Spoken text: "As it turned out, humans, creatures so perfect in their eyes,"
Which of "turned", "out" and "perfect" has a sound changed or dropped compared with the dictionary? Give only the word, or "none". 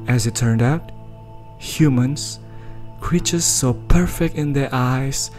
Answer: none